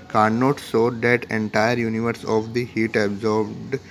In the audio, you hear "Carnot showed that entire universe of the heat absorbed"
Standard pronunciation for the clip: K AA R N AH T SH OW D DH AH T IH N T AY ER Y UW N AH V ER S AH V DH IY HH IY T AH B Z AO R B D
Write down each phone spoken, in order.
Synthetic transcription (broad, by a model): K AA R N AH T S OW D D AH T IH N T AY ER Y UW N AH V ER S AH V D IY HH IY T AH B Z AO R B D